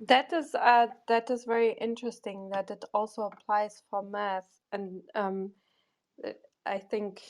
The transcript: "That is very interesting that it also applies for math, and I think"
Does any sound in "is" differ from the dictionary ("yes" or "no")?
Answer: no